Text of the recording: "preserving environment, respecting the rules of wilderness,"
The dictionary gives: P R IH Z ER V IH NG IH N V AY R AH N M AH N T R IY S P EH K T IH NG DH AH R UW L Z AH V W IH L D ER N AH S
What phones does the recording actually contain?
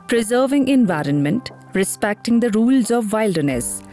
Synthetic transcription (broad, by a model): P R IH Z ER V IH NG IH N V AY R AH N M AH N T R IY S P EH K T IH NG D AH R UW L Z AH V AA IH L D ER N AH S